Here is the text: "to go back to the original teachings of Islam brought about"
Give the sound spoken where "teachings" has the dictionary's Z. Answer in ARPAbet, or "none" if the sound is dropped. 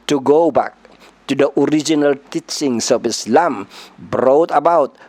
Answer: S